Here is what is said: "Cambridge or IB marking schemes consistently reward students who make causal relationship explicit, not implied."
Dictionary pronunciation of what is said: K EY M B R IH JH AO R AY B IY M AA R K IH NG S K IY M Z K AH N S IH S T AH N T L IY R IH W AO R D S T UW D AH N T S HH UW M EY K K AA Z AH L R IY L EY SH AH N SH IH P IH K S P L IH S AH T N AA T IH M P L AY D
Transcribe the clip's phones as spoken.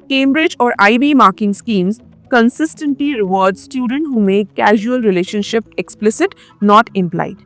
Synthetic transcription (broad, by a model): K EY M B R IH JH AO R AY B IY M AA R K IH NG S K IY M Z K AH N S IH S T AH N T L IY R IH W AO R D S T UW D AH N T HH UW M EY K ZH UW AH L R IY L EY SH AH N SH IH P IH K S P L IH S AH T N AA T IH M P L AY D